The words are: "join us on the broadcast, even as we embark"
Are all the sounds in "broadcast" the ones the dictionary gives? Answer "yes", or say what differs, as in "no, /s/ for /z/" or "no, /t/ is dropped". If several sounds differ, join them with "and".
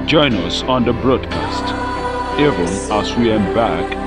yes